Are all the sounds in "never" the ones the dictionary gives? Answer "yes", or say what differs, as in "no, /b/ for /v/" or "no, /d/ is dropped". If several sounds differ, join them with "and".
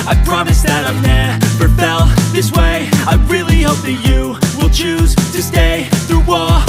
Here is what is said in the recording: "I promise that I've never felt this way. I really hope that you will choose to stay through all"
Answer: no, /p/ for /v/